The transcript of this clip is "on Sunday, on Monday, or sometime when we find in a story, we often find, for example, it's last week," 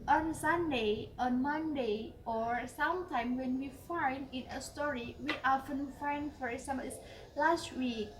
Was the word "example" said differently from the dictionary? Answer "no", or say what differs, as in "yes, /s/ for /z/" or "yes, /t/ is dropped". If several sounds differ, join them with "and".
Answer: yes, /p/ is dropped